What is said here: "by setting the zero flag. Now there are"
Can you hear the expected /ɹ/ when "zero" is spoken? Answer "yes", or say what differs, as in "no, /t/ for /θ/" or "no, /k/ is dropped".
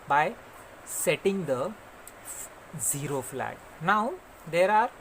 yes